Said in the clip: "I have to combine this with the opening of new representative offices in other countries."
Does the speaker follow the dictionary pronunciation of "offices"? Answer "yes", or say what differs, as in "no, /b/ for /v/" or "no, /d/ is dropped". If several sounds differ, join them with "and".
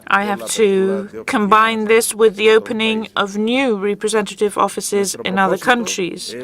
yes